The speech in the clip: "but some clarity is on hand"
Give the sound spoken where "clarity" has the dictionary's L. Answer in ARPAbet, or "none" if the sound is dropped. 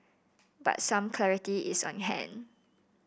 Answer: L